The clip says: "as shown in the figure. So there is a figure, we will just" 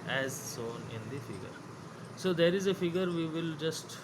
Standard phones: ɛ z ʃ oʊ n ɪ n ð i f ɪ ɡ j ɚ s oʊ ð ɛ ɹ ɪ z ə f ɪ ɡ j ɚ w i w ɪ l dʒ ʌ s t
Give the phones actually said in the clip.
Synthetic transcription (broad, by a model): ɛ z s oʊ n ɪ n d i f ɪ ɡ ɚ s oʊ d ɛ ɹ ɪ z ə f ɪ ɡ ɚ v i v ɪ l dʒ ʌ s t